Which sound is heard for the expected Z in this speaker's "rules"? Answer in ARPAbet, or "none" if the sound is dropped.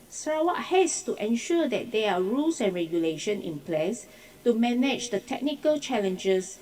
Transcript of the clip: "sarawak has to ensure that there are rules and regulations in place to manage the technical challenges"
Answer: S